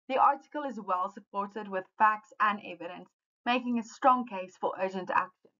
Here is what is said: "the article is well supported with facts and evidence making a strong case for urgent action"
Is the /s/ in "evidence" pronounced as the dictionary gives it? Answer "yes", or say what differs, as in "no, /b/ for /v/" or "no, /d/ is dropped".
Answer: yes